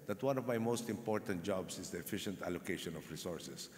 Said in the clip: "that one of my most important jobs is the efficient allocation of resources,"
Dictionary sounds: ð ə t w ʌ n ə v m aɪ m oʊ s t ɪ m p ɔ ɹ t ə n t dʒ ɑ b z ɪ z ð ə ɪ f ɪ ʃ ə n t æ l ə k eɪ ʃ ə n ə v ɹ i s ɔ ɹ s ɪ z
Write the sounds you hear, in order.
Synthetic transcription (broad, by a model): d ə t w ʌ n ə v m aɪ m oʊ s t ɪ m p ɔ ɹ t ə n t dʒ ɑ b s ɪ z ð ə ɪ f ɪ ʃ ə n t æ l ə k eɪ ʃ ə n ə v ɹ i s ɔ ɹ s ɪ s